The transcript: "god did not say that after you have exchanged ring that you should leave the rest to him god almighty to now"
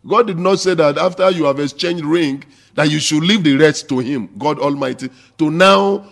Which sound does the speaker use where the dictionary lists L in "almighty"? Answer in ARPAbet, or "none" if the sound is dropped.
L